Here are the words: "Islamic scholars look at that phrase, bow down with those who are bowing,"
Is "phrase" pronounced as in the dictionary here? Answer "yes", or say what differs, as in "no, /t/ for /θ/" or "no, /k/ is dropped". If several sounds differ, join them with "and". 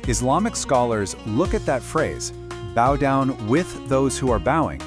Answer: yes